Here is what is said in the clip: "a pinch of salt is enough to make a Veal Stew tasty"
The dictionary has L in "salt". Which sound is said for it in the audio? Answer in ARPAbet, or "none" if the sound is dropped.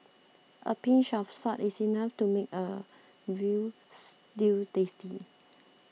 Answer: none